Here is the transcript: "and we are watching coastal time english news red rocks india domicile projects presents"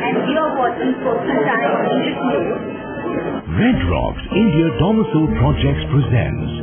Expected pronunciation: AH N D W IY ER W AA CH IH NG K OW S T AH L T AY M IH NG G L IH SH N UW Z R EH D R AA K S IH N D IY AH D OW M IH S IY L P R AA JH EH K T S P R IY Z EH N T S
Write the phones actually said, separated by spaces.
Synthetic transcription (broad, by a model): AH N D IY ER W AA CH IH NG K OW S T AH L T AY IH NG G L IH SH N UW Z R EH D R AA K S IH N D IY AH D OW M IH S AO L P R AA JH EH K T S P R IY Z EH N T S